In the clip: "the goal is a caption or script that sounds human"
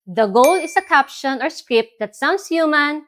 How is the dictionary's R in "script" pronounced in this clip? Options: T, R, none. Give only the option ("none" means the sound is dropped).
R